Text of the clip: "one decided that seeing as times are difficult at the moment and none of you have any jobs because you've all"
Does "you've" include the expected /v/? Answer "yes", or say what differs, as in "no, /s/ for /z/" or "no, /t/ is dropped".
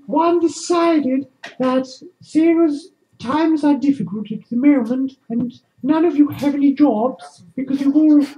no, /w/ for /v/